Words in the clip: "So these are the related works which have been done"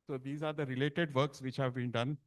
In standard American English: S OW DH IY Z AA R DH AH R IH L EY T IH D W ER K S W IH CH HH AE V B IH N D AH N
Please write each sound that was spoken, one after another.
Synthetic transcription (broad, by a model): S OW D IY Z AA R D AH R IH L EY T IH D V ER K S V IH CH HH AE V B IH N D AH N